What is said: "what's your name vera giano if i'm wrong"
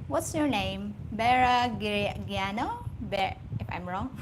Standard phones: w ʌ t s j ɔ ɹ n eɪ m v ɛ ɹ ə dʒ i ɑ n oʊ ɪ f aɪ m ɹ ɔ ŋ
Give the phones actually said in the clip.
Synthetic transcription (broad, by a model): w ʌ t s j ɔ ɹ n eɪ m b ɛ ɹ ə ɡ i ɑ n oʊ ɪ f aɪ m ɹ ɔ ŋ